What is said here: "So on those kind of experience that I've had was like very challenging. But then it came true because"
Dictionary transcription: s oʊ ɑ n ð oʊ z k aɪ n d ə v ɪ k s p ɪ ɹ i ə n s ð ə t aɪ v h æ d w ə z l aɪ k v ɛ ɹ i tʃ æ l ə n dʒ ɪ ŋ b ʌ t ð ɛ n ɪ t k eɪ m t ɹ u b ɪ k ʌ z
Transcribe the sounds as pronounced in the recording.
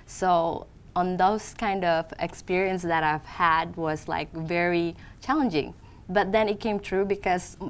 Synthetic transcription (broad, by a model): s oʊ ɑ n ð oʊ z k aɪ n d ə v ɪ k s p ɪ ɹ i ə n s ð ə t aɪ v h æ d w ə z l aɪ k v ɛ ɹ i tʃ æ l ə n dʒ ɪ ŋ b ʌ t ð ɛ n ɪ t k eɪ m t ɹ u b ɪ k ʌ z